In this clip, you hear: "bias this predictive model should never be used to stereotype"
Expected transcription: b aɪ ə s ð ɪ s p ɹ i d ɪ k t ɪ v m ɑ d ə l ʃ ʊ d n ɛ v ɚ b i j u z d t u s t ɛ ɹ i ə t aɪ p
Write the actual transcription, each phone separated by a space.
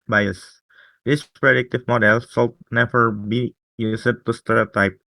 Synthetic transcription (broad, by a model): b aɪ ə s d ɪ s p ɹ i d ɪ k t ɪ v m ɑ d ə l s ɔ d n ɛ v ɚ b i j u s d t u s t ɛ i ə t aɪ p